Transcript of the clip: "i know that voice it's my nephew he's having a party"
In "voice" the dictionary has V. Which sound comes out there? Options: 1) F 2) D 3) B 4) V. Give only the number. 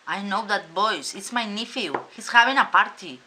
3